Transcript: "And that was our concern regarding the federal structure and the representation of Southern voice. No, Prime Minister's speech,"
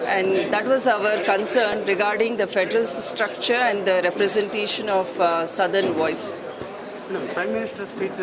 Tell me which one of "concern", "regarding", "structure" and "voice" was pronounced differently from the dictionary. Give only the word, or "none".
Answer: none